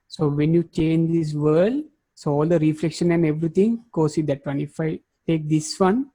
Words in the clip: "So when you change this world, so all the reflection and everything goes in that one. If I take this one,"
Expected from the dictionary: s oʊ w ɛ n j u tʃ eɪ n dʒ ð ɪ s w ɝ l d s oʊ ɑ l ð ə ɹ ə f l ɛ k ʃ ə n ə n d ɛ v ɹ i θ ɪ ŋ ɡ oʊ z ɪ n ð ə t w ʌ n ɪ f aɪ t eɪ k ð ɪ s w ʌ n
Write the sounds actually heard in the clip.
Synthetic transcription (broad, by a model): s oʊ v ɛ n j u tʃ eɪ n dʒ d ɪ s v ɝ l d s oʊ ɑ l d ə ɹ ə f l ɛ k ʃ ə n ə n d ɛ v ɹ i t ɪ ŋ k oʊ s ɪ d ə t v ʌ n ɪ f aɪ t eɪ k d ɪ s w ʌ n